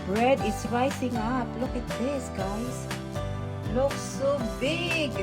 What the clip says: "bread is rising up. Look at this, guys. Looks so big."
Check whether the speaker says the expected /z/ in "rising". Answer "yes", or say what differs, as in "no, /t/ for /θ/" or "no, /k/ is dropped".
no, /s/ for /z/